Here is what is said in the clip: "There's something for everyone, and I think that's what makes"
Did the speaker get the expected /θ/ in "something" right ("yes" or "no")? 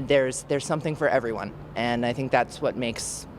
yes